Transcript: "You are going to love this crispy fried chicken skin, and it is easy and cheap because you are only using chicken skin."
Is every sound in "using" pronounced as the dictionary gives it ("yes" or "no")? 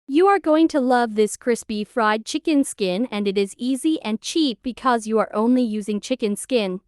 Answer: yes